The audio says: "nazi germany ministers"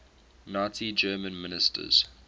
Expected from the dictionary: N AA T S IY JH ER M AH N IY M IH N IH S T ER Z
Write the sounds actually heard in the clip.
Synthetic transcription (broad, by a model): N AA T IY JH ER M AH N M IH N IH S T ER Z